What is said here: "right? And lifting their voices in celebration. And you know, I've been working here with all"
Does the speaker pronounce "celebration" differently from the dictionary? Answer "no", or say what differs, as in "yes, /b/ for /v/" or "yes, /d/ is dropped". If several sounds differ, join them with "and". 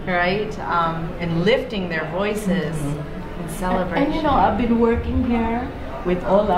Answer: yes, /ʃ/ is dropped